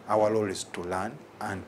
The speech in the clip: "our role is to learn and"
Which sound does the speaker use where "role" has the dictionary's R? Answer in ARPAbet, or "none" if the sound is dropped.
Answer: L